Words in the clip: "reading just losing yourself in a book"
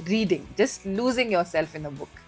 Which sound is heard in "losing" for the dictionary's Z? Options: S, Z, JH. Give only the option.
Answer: Z